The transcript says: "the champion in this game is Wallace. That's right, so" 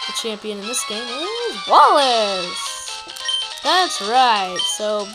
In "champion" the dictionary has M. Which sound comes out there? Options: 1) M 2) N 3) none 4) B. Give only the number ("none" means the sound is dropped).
1